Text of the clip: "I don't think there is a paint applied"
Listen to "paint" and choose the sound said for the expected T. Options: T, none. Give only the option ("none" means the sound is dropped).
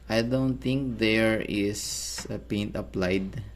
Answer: T